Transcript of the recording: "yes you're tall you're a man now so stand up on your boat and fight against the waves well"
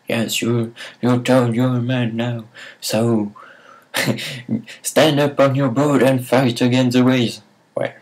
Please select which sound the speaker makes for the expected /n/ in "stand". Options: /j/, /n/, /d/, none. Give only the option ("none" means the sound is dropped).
/n/